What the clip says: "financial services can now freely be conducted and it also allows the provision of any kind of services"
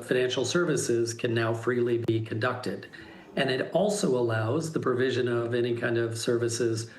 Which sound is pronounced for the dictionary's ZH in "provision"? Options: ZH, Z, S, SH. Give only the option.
ZH